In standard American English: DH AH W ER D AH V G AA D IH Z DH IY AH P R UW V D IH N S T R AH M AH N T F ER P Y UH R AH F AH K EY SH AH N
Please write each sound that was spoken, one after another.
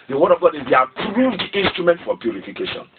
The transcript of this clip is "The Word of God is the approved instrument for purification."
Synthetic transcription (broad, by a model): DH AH W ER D AH V G AA D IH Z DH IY AH P R UW V D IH N S T R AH M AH N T F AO P Y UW R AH F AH K EY SH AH N